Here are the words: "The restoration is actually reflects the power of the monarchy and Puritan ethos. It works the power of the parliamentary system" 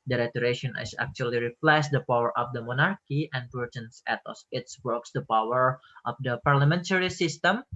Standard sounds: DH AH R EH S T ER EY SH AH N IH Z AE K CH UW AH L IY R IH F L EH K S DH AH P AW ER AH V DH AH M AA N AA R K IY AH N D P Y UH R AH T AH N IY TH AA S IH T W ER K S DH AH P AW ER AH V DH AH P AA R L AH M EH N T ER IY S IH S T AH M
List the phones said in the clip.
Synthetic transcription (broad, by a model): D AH R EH T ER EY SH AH N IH S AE K CH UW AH L IY R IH P L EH S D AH P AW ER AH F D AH M AA N AA R K IY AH N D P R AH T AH N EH T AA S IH T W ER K S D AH P AW ER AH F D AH P AA R L AH M EH N T ER IY S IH S T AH M